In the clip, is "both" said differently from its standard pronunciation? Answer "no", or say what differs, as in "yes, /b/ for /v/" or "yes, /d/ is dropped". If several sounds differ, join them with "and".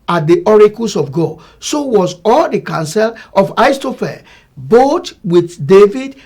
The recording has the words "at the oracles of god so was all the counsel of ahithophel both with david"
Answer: yes, /t/ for /θ/